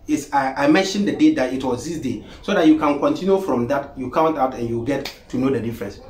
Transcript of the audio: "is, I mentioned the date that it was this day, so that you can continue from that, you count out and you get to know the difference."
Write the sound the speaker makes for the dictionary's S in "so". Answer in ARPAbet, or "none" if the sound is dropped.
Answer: S